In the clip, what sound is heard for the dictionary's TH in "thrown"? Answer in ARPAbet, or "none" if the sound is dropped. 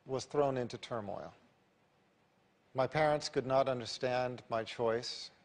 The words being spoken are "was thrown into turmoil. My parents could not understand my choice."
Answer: TH